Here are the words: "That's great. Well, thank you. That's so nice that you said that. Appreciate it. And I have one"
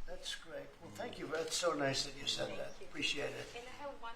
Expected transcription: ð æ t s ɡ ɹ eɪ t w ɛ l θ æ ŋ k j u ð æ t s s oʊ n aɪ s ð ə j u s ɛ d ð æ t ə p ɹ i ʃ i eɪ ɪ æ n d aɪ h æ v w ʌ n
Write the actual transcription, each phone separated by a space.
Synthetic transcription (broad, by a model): ð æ t s ɡ ɹ eɪ t w ɛ l θ æ ŋ k j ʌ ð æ t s s oʊ n aɪ s ð ə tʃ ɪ s ɛ d ð æ t ə p ɹ i ʃ i eɪ ɪ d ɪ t